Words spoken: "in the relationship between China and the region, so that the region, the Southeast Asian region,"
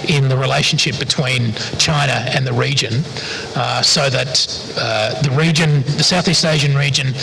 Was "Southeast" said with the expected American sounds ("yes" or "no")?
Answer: yes